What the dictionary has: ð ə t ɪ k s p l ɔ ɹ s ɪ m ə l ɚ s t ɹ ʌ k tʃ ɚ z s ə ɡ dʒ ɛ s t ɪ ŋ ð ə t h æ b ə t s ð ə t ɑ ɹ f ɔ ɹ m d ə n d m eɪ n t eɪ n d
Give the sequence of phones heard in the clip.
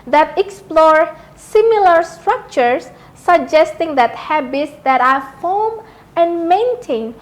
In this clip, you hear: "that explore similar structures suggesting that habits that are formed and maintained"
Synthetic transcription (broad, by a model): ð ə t ɪ k s p l ɔ ɹ s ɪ m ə l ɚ s t ɹ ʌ k tʃ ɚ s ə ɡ dʒ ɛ s t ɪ ŋ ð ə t h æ b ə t s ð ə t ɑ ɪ f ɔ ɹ m ə n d m eɪ n t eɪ n